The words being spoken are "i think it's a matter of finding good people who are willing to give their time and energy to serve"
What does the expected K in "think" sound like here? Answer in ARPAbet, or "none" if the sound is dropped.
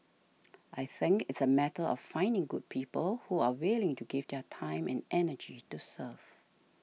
K